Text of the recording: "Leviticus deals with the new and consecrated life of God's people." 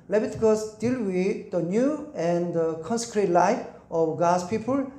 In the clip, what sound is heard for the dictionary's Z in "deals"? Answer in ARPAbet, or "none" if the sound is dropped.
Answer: none